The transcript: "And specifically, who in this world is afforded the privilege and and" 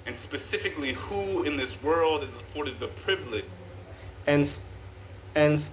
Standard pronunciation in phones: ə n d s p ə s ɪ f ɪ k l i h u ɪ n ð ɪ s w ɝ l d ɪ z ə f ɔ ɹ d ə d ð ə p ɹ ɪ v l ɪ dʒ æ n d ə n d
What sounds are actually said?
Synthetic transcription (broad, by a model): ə n s p ə s ɪ f ɪ k l i h u ɪ n ð ɪ s w ɝ l d ɪ z ə f ɔ ɹ d ə d ð ə p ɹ ɪ v l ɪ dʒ n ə n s